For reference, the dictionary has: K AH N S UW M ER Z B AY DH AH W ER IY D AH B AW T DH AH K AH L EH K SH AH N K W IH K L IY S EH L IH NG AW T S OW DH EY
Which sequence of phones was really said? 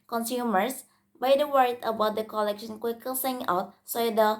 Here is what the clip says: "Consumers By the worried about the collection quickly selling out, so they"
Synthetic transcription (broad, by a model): K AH N S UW M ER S B AY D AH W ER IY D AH B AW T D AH K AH L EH K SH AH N K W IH K IY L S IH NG AW T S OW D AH